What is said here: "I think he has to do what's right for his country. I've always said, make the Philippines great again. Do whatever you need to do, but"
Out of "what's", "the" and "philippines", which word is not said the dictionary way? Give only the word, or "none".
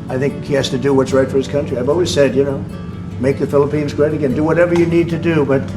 none